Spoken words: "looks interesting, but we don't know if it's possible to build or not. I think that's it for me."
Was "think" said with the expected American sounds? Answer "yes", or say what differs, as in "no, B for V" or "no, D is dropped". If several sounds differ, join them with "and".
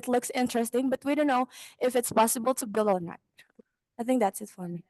yes